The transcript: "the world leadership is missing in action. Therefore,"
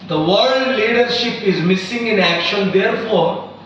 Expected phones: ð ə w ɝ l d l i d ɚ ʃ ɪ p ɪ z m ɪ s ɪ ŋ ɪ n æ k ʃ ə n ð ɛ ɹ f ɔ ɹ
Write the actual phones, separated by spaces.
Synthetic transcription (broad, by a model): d ə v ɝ d l i d ɚ ʃ ɪ p ɪ z m ɪ s ɪ ŋ ɪ n æ k ʃ ə n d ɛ ɹ f ɔ ɹ